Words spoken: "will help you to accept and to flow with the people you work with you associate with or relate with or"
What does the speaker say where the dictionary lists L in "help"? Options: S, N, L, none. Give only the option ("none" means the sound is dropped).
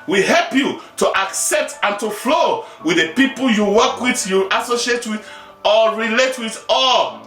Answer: L